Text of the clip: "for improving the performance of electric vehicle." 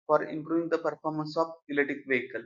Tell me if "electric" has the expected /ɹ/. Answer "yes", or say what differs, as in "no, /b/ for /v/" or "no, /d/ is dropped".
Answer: no, /ɹ/ is dropped